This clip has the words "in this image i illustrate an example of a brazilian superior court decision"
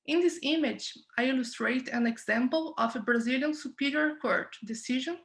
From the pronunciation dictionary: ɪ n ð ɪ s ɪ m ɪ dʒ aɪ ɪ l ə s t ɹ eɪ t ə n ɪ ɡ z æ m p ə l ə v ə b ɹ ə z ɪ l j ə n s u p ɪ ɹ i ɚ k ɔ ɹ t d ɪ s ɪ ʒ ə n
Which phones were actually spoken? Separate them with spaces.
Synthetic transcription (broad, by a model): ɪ n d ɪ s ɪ m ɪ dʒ aɪ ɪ l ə s t ɹ eɪ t ə n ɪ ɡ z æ m p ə l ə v ə b ɹ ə z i l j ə n s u p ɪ ɹ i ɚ k ɔ ɹ t d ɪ s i ʒ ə n